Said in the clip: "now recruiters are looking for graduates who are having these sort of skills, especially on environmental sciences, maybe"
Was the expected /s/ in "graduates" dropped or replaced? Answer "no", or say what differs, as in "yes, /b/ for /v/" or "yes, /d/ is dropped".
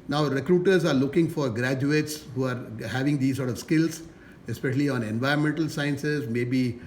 no